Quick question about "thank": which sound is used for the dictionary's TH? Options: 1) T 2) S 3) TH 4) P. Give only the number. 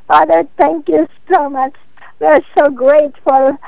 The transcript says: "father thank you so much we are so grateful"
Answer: 1